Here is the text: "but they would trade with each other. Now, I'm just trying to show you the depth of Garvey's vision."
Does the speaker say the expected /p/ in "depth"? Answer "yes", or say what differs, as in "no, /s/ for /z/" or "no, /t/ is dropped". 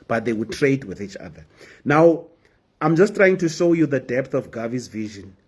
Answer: yes